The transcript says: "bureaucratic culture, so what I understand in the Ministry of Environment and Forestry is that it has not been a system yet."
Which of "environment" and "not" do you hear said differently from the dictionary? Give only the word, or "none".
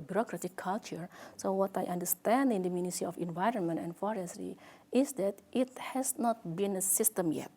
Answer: none